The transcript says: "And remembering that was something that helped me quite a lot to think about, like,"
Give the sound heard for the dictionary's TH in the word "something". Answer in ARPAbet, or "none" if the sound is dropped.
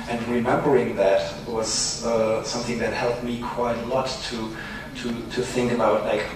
TH